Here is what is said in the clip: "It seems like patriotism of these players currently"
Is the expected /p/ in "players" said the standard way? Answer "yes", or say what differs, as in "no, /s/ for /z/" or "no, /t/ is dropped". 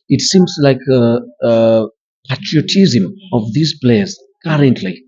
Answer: no, /b/ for /p/